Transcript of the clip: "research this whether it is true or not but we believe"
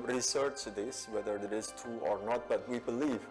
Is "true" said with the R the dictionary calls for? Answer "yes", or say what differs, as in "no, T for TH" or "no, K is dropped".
no, R is dropped